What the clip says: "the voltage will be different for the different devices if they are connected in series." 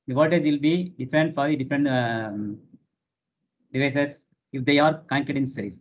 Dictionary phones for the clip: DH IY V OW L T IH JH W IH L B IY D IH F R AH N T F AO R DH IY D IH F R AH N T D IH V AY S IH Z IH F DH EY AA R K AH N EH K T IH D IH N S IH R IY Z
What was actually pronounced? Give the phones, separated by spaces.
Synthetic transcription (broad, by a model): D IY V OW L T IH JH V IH L B IY D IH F R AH N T F AO R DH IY D IH F R AH N T D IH V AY S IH S IH F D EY AA R K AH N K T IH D IH N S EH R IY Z